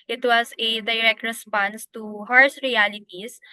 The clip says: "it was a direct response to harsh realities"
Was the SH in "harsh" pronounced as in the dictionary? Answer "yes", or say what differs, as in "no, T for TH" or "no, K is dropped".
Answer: no, S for SH